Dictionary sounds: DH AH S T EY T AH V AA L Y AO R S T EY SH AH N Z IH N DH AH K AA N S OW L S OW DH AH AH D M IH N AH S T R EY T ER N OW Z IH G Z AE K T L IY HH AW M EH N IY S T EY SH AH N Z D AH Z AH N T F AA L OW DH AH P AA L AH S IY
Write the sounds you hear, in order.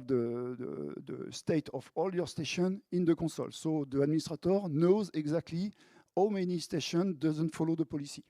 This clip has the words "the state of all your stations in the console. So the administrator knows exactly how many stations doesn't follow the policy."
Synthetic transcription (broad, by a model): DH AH S T EY T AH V AA L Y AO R S T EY SH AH N IH N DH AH K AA S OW L S OW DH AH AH D M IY N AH S T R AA T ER N OW Z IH G Z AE K T L IY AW M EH N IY S T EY SH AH N D AH Z AH N T F AA L OW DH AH P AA L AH S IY